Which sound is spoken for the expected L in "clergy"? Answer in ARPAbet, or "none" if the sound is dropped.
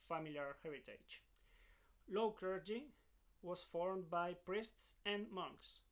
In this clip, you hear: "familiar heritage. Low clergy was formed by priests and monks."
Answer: none